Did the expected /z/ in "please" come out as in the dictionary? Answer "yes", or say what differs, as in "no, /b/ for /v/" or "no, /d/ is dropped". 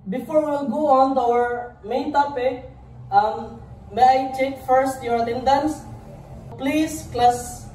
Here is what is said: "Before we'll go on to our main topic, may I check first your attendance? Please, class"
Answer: no, /s/ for /z/